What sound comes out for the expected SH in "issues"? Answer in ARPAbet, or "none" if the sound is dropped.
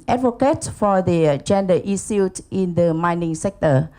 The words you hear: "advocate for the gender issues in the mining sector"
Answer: S